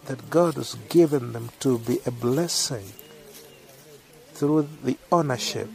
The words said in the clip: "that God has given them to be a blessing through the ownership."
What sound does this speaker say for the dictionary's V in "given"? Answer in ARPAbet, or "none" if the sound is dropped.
V